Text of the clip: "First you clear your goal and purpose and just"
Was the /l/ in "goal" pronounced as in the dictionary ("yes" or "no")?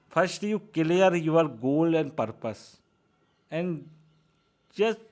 yes